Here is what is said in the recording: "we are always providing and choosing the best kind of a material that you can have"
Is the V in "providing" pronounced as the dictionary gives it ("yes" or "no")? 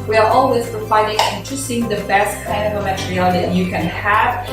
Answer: no